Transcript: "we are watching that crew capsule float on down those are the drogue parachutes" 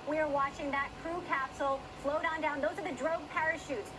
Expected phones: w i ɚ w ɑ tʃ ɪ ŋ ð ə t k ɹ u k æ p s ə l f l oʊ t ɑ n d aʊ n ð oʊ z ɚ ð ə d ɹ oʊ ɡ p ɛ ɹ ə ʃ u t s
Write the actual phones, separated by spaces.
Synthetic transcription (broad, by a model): w i ɚ w ɑ tʃ ɪ ŋ ð ə t k ɹ u k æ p s l f l oʊ t n d aʊ n ð oʊ z ɚ ð ə d ɹ oʊ ɡ p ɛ ɹ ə ʃ u t s